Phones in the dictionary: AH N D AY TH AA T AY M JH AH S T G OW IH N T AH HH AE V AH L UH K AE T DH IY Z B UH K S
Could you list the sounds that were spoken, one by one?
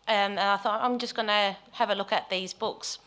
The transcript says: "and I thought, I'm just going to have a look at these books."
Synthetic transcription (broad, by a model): AH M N AY TH AA T AY M JH AH S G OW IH N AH HH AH V AH L UH K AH T DH IY Z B UH K S